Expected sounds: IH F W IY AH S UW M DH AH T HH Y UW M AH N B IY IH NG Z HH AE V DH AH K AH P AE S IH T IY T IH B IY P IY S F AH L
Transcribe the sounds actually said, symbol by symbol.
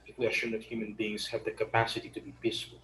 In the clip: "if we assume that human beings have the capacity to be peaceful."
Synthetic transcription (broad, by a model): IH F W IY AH SH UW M DH AH T HH Y UW M AH N B IY IH NG Z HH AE V DH AH K AH P AE S IH T IY T IH B IY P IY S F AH L